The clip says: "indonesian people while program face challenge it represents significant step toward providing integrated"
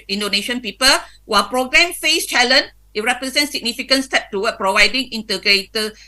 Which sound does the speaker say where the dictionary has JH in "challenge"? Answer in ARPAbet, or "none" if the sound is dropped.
none